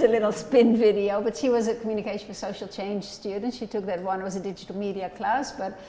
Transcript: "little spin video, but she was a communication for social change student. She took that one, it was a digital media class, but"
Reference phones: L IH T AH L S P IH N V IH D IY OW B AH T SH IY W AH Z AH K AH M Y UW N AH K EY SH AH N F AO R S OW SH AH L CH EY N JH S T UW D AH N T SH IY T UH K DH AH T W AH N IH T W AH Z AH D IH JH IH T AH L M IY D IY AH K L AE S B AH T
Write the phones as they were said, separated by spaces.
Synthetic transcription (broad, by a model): L IH T L S P IH N V IH D IY OW B AH T SH IY W AH Z AH K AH M Y UW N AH K EY SH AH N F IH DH S OW SH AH L CH EY N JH S T UW D N T SH IY T UH K DH AH T W AH N IH T W AH Z AH D IH JH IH T L M IY D IY AH K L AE S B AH T